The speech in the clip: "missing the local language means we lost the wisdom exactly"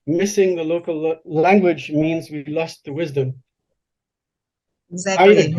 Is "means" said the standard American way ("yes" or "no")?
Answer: yes